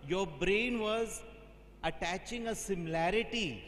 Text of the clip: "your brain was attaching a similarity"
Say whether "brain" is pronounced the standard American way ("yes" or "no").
yes